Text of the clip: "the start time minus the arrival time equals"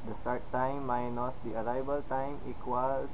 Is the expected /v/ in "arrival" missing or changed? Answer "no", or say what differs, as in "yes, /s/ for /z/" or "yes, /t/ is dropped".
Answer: yes, /b/ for /v/